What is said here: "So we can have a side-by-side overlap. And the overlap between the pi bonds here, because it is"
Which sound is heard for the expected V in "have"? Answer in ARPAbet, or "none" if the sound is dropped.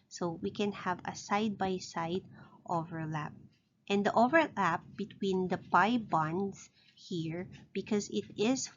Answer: V